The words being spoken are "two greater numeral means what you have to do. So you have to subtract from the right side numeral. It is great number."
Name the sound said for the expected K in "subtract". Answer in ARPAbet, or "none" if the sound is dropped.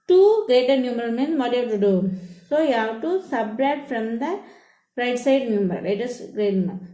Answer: none